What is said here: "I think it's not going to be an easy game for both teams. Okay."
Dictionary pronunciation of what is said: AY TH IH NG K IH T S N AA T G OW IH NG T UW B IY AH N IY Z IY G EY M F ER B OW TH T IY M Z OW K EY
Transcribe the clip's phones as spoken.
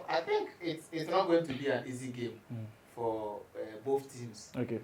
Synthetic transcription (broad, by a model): AY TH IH NG K IH T S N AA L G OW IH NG T UW B IY AH N IY Z IY G EY M F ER B OW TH T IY M S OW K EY